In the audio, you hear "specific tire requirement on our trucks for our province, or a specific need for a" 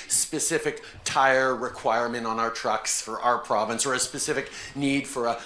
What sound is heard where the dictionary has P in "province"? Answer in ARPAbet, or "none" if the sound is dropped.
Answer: P